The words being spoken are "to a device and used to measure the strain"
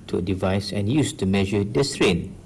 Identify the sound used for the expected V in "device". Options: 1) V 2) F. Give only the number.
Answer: 1